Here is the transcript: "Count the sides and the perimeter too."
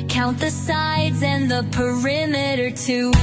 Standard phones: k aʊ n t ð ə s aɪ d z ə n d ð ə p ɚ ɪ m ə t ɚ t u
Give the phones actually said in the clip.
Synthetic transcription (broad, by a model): k aʊ n t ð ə s aɪ d z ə n ð ə p ɚ ɪ m ə t ɚ t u